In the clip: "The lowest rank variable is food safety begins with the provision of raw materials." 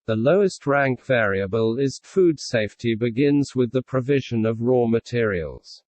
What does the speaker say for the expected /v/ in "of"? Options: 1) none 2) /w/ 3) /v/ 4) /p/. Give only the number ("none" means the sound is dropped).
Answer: 3